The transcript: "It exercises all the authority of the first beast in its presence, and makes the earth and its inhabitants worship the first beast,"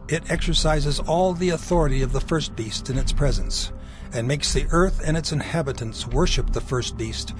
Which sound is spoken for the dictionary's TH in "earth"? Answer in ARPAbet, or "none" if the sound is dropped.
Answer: TH